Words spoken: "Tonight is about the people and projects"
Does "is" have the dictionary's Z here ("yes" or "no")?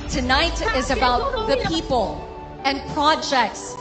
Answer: yes